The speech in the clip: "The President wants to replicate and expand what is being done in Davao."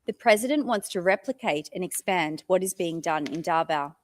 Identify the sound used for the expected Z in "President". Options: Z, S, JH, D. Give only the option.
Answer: Z